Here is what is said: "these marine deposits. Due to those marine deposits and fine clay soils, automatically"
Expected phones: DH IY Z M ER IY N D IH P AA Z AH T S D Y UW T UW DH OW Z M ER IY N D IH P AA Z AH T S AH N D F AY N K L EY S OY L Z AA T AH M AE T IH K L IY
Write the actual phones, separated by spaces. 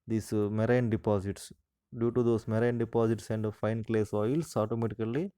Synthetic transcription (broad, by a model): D IY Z M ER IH N D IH P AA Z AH T S D Y UW T UW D OW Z M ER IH N D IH P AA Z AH T S AH N D F AY N K L EY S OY L S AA T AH M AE T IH K L IY